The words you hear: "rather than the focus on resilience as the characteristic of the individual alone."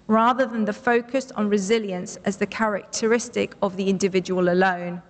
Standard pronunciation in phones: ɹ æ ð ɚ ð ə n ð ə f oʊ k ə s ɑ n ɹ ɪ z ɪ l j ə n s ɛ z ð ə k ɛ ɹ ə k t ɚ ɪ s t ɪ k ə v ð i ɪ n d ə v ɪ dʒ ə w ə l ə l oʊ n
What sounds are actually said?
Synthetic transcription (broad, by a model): ɹ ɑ ð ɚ ð ə n ð ə f oʊ k ə s n ɹ ɪ z ɪ l j ə n s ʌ z ð ə k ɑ ɹ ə k t ɚ ɪ s t ɪ k ə v ð i ɪ n d ə v ɪ dʒ ə w ə l ə l oʊ n